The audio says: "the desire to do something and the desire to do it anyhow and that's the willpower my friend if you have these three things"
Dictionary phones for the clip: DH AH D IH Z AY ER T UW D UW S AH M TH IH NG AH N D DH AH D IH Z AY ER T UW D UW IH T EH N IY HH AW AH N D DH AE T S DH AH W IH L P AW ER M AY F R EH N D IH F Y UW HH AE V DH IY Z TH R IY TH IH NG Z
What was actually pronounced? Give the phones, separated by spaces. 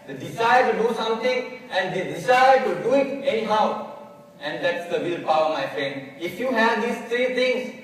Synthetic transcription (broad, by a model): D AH D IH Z AY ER T UW D UW S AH M T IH NG AH N D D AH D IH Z AY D T UW D UW IH T EH N IY HH AW AH N D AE T S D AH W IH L P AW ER M AY F R EH N D IH F Y UW HH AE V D IY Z T R IY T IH NG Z